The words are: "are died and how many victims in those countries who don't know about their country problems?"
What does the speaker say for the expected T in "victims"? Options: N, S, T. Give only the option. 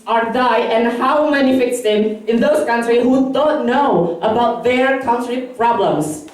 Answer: S